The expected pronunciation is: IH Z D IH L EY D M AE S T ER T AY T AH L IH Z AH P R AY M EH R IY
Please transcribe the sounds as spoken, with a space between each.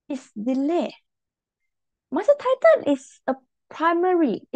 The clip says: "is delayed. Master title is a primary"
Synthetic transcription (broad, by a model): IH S D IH L EY M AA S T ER T AY T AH N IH S AH P R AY M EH R IY